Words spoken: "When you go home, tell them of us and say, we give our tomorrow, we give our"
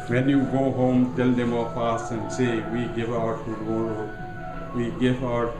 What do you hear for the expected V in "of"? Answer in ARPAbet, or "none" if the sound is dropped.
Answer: P